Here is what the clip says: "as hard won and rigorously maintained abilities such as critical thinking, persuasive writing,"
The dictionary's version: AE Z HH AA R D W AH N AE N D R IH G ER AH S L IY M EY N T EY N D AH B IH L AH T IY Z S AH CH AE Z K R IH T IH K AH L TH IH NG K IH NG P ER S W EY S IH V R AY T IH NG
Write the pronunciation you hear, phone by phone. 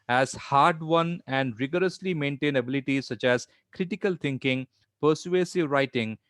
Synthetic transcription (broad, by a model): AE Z HH AA R D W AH N AE N D R IH G ER AH S L IY M EY N T EY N AH B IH L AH T IY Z S AH CH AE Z K R IH T IH K AH L T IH NG K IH NG P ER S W EY S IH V R AY T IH NG